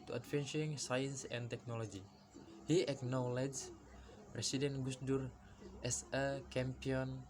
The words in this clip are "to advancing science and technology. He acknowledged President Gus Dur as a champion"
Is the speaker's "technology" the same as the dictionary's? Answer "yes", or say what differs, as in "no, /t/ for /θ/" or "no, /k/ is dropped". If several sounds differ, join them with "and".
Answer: yes